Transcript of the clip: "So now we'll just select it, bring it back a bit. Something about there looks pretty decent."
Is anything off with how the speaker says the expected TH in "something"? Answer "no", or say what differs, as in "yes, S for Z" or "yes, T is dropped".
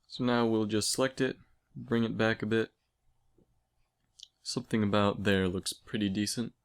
no